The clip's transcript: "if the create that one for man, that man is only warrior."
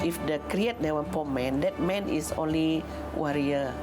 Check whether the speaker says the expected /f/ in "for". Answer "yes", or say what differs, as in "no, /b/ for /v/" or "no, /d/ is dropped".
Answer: no, /p/ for /f/